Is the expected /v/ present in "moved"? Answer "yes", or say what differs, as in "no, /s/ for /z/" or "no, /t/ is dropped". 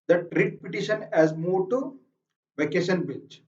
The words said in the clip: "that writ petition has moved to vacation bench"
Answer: no, /v/ is dropped